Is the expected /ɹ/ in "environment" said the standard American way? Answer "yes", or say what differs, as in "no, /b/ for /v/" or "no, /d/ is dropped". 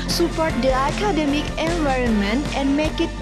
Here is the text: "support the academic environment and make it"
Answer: yes